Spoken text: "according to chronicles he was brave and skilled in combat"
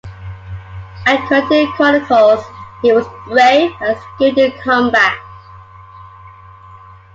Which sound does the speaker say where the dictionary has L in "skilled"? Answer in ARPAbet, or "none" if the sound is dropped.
none